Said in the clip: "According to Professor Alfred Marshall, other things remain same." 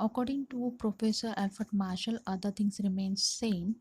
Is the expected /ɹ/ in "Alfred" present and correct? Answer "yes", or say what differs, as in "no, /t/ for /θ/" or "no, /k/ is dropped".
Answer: no, /ɹ/ is dropped